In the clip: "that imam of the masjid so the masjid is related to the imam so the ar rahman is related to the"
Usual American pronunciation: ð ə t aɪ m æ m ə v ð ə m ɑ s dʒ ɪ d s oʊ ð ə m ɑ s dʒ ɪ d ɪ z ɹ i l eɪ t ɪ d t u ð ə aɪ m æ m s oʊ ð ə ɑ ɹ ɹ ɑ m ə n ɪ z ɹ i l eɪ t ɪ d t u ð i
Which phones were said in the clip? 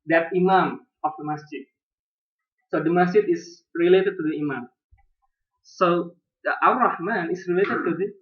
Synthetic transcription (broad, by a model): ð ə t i m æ m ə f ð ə m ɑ s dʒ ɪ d s oʊ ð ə m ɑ s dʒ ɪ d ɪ s ɹ i l eɪ t ɪ d t u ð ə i m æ m s oʊ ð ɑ w ɹ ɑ m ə n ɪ s ɹ i l eɪ t ɪ d t u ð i